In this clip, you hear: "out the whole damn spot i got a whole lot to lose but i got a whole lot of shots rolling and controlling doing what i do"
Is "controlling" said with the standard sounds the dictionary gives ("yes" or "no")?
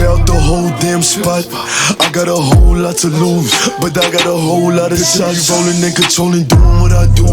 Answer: no